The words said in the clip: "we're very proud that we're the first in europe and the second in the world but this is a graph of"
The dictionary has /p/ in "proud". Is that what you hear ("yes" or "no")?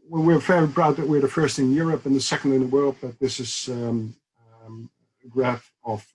no